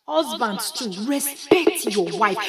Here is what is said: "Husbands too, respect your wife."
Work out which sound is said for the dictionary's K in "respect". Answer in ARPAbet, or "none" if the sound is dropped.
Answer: K